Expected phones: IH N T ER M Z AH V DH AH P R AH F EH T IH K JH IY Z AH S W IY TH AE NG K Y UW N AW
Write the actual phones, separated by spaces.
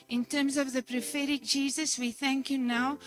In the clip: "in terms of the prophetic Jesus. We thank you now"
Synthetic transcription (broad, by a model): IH N T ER M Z AH V DH AH P R AH F EH T IH K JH IY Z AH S W IY TH AE NG K Y UW N AW